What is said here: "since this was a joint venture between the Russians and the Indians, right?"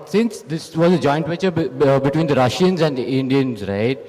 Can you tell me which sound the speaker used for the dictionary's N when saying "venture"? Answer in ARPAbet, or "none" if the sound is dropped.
none